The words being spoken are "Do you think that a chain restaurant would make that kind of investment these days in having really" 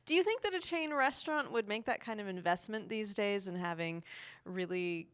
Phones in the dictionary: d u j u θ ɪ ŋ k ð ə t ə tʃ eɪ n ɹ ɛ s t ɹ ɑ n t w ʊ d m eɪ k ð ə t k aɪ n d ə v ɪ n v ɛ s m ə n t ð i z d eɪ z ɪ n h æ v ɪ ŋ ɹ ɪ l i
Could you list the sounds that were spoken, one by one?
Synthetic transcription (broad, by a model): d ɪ j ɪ θ ɪ ŋ k ð ə t ə tʃ eɪ n ɹ ɛ s t ɹ ɑ n t w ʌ d m eɪ k ð ə t k aɪ n d ə v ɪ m v ɛ s m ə n ð i z d eɪ z ɪ n h æ v ɪ ŋ ɹ ɪ l i